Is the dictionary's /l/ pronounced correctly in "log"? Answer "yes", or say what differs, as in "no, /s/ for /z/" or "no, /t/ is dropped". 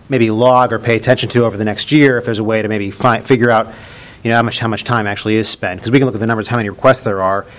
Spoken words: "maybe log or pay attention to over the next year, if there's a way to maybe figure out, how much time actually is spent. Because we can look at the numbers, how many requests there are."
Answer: yes